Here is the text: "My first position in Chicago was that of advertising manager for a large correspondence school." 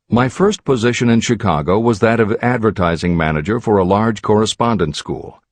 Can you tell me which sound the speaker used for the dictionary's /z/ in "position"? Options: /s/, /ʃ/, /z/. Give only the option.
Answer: /z/